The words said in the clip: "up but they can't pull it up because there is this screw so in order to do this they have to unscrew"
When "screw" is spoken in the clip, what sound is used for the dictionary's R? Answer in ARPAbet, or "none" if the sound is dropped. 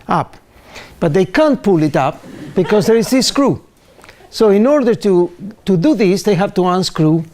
R